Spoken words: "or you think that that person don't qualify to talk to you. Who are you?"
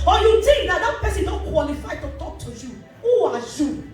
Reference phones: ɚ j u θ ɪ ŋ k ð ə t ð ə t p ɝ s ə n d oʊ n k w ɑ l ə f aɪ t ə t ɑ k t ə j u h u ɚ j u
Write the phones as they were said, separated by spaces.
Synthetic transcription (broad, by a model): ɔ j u t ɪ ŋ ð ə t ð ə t p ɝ s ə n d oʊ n k w ɑ l ə f aɪ t ə t ɑ k t ə j u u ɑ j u